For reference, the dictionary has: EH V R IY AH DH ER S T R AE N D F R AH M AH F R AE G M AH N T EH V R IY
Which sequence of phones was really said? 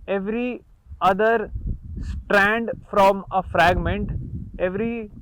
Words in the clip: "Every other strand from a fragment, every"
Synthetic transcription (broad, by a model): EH V R IY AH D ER S T R AE N D F R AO M AH F R AE G M AH N T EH V R IY